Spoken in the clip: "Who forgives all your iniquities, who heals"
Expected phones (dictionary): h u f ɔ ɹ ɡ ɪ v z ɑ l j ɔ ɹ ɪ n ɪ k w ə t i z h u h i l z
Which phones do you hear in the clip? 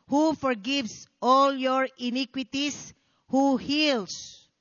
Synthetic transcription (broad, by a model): h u f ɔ ɹ ɡ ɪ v s ɑ l j ɔ ɹ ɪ n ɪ k w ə t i s h u h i l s